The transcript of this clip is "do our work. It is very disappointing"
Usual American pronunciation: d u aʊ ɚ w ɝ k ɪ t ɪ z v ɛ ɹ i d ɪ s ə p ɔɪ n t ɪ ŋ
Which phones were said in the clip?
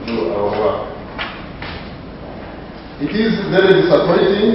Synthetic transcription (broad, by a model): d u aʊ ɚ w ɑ ɪ t ɪ z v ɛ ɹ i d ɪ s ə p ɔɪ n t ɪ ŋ